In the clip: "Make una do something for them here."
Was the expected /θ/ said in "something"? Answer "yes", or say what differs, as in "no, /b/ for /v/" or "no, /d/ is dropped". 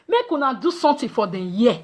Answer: no, /t/ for /θ/